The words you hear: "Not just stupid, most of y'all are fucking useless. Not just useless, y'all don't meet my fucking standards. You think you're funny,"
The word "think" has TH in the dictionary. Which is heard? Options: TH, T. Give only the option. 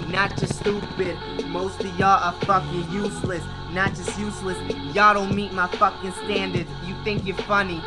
TH